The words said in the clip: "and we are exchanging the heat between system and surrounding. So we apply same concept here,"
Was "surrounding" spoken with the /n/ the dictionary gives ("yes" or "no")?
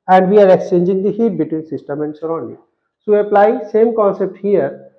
no